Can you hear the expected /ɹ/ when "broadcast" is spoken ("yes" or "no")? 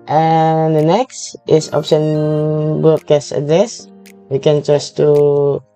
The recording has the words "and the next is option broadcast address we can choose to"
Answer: no